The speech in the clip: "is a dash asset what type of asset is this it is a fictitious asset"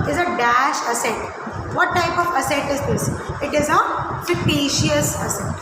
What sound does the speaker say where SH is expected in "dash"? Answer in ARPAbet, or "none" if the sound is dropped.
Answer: SH